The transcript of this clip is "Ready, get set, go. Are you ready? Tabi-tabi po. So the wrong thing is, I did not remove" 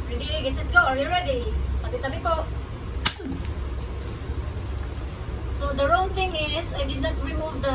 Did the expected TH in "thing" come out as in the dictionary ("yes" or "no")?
no